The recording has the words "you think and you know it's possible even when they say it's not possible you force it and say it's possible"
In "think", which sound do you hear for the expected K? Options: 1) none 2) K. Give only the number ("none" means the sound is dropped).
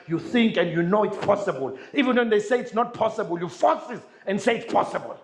2